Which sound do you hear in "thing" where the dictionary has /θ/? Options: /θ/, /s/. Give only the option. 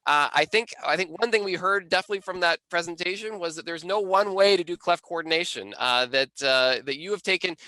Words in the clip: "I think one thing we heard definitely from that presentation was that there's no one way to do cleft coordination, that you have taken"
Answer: /θ/